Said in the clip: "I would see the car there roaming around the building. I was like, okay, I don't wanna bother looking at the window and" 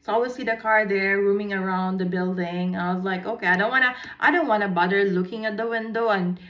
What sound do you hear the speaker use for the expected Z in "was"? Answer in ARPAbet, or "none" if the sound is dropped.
Z